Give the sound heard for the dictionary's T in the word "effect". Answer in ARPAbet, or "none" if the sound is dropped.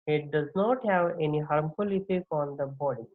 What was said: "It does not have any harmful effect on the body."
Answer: none